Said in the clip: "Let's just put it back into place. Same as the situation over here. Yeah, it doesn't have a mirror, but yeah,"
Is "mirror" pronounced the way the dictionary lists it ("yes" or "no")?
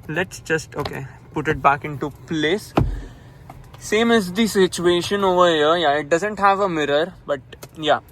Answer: yes